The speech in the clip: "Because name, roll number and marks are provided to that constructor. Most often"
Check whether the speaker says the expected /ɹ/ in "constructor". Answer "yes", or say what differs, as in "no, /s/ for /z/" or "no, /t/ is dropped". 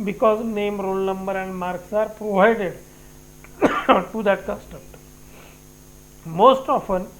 no, /ɹ/ is dropped